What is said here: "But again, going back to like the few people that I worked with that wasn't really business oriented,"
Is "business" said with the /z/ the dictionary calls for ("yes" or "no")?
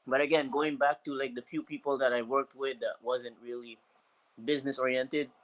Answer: yes